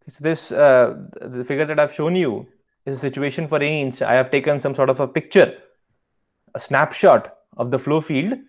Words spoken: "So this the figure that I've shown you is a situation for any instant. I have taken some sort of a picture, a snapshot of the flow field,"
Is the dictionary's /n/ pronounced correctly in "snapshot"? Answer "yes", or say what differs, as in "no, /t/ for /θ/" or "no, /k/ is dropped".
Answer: yes